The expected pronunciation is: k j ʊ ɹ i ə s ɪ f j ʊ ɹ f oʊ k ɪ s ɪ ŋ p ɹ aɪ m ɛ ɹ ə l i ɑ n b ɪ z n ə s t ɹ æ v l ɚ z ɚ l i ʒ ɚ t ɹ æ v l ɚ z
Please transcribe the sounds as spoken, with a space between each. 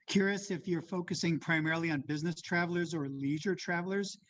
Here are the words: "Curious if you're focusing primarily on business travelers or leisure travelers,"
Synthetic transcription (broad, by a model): k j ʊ ɹ i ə s ɪ f j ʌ ɹ f oʊ k ɪ s ɪ ŋ p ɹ aɪ m ɛ ɹ l i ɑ n b ɪ z n ə s t ɹ æ v l ɚ z ɚ l i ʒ ɚ t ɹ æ v l ɚ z